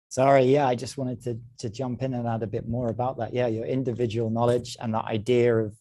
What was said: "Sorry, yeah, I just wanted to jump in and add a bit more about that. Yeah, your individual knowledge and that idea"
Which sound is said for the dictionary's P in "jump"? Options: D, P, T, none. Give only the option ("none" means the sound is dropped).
P